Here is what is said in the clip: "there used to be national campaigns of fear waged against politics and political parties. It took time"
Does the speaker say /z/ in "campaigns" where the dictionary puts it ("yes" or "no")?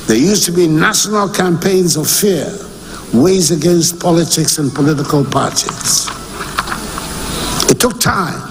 yes